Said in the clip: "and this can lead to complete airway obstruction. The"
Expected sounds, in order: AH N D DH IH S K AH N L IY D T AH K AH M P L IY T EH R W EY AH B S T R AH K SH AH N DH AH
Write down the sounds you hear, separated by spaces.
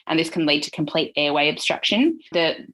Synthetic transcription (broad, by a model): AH N DH IH S K AH N L IY D T AH K AH M P L IY T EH W EY AH B S T R AH K SH AH N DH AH